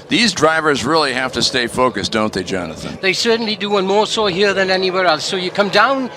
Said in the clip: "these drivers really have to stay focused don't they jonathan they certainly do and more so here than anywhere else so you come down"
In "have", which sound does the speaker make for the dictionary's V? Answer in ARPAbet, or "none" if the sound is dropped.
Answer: F